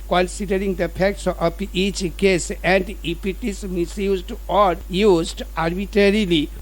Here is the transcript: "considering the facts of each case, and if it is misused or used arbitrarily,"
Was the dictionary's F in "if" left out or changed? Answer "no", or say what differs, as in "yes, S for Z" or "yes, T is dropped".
yes, P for F